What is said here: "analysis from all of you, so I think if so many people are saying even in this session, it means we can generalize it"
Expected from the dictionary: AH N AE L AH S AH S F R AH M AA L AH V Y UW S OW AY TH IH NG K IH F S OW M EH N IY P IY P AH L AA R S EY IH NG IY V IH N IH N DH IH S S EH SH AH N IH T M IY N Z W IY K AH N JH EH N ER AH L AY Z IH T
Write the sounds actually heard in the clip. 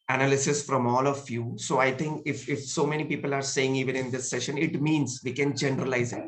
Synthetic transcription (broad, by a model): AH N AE L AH S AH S F R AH M AA L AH F Y UW S OW AY T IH NG K IH F S OW M EH N IY P IY P AH L AA R S EY IH NG IY V IH N IH N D IH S S EH SH AH N IH T M IY N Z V IY K AH N JH EH N ER AH L AY Z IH T